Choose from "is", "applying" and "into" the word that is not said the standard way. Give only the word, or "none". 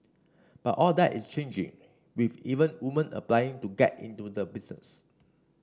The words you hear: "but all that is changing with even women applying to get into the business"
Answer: is